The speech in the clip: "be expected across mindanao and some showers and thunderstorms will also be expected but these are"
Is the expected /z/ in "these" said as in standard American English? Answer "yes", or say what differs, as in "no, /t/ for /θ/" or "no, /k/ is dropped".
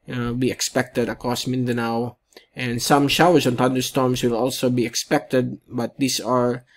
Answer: no, /s/ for /z/